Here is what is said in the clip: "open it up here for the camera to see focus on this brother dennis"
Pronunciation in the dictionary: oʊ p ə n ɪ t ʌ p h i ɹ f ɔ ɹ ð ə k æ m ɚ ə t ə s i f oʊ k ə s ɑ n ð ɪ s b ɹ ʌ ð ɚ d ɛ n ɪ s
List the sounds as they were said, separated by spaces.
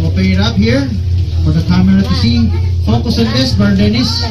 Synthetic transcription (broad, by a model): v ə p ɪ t ʌ p h i ɹ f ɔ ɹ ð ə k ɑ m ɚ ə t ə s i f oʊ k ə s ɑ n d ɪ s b ʌ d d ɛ n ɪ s